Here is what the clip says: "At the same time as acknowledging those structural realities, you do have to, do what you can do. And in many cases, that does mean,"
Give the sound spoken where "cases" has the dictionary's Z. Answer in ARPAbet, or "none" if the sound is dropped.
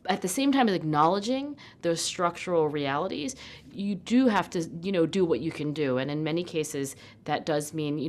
Z